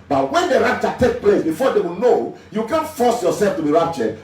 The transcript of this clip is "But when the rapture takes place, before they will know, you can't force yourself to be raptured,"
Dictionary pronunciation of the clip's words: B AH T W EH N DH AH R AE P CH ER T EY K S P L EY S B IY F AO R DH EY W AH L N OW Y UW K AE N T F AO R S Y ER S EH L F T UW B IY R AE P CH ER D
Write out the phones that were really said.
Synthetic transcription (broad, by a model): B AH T W EH N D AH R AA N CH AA T EY K P L EY S B IY F AO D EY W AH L N OW Y UW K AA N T F AO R S Y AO S EH L F T UW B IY R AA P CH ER